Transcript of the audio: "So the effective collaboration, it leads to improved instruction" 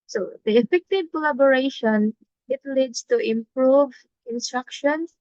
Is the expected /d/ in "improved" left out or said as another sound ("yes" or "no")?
yes